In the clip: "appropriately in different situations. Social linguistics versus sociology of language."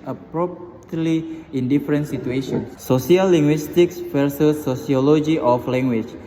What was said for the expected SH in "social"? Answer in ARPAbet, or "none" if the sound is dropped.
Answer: S